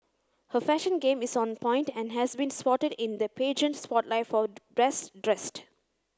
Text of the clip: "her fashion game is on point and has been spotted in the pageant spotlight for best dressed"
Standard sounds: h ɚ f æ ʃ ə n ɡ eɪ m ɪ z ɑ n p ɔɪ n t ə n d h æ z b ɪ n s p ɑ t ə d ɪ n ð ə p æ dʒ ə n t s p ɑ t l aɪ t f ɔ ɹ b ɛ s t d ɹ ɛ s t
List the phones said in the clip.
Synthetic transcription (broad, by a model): h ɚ f æ ʃ ə n ɡ eɪ m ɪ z ɑ n p ɔɪ n t ə n d h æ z b ɪ n s p ɑ t ə d ɪ n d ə p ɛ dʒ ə n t s p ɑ t l aɪ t f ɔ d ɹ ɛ s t d ɹ ɛ s t